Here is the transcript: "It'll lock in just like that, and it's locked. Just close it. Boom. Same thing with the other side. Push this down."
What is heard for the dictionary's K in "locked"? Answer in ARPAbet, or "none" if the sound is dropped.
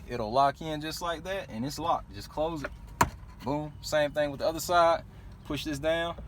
none